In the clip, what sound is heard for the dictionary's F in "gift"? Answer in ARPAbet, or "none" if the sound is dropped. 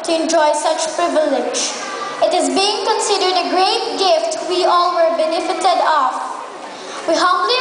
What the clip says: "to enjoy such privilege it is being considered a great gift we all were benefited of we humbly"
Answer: F